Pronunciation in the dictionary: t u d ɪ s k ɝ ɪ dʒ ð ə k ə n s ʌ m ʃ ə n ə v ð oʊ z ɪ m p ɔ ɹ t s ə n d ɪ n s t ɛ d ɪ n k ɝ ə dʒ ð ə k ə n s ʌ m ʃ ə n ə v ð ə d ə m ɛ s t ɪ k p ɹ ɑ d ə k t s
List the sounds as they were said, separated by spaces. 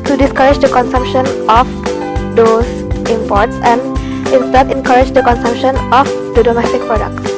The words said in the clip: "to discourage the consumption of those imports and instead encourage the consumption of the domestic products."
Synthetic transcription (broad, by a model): t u d ɪ s k ɝ ɪ dʒ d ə k ə n s ʌ m ʃ ə n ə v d oʊ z ɪ m p ɔ ɹ t s ə n d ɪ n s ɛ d ɪ n k ɝ ə dʒ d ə k ə n s ʌ m ʃ ə n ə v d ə d ə m ɛ s t ɪ k p ɹ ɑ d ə k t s